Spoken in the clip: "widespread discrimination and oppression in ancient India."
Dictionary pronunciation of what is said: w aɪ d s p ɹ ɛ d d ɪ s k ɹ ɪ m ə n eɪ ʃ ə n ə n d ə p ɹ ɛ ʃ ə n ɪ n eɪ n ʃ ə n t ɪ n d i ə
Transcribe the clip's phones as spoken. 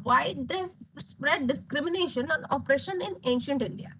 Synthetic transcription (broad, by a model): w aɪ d s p ɹ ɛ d d ɪ s k ɹ ɪ m ə n eɪ ʃ ə n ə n ə p ɹ ɛ ʃ ə n ɪ n eɪ n ʃ ə n t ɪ n d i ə